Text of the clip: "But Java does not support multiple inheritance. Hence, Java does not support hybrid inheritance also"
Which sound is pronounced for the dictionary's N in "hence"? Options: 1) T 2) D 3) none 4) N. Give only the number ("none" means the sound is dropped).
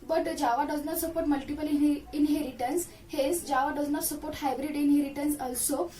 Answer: 3